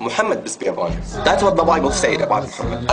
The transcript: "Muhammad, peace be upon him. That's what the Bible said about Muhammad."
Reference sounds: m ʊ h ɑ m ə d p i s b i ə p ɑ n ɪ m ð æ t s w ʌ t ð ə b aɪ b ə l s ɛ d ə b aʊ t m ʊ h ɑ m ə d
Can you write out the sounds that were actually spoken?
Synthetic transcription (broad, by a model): m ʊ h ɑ m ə d b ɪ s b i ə b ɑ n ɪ ð æ t s w ʌ t ð ə b aɪ b ə l s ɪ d ə b aʊ t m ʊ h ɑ m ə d